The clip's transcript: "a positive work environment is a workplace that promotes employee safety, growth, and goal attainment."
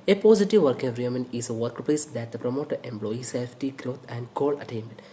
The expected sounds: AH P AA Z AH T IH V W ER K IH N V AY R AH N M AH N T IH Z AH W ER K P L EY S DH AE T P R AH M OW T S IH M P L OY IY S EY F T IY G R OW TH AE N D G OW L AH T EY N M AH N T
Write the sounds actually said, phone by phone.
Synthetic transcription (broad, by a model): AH P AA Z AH T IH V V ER K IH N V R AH M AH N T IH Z AH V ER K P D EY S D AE T P R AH M OW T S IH M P L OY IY S EY F T IY G R OW T AE N D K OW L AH T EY N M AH N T